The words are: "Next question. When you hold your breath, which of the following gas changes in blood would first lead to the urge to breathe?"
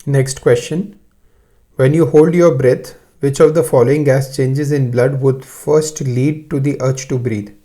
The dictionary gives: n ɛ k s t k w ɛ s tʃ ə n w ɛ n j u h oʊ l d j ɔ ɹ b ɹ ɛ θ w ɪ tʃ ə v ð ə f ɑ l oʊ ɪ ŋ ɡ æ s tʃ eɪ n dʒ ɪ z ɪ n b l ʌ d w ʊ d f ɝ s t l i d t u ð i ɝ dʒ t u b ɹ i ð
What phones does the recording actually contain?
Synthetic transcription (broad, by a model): n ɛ k s t k w ɛ s tʃ ə n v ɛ n j u h oʊ l d j ɔ ɹ b ɹ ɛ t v ɪ tʃ ə v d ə f ɑ l oʊ ɪ ŋ ɡ æ s tʃ eɪ n dʒ ɪ z ɪ n b l ʌ d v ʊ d f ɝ s t l i d t u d i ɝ tʃ t u b ɹ i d